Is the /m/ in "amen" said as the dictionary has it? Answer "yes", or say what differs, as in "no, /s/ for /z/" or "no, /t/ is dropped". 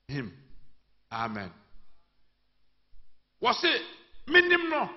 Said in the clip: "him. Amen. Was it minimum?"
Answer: yes